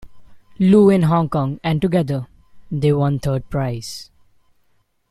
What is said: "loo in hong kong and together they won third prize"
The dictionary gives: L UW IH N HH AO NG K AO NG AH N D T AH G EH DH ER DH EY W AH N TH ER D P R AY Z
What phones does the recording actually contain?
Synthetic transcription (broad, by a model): L UW IH N HH AO NG K AO NG AH N D T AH G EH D ER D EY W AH N T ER D P R AY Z